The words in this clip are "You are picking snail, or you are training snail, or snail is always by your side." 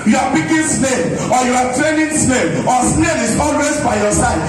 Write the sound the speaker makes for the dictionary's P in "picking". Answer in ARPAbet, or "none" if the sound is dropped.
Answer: B